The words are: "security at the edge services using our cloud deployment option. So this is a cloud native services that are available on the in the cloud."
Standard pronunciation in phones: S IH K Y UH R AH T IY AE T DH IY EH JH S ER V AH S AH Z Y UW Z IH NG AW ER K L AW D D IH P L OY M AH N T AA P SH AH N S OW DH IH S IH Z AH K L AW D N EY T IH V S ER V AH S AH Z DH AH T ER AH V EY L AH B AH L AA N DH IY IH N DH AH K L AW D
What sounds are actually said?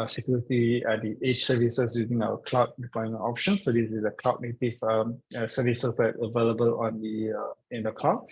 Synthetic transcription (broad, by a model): S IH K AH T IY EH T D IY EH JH S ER V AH S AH S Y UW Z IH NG AW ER K L AW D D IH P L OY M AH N AA P SH AH N S OW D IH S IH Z AH K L AW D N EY T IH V S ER V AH S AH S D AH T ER AH V EY L AH B AH L AA N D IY IH N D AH K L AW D